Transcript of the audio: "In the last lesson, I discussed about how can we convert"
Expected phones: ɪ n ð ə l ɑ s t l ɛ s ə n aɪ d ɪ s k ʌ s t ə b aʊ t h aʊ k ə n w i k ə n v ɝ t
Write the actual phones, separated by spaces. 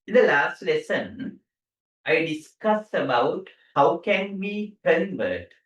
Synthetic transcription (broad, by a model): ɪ n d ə l ɑ s t l ɛ s ə n aɪ d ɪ s k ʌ s ə b aʊ t h aʊ k ə n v i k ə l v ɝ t